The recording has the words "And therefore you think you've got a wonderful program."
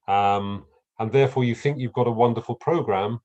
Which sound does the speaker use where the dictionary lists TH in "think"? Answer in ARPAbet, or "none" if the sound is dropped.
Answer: TH